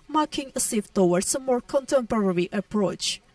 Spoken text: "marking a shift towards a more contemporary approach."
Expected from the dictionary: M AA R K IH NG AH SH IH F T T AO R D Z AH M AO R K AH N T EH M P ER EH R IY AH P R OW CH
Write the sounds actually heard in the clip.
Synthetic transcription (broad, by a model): M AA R K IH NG AH S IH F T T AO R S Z AH M AO R K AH N T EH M P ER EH R IY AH P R OW CH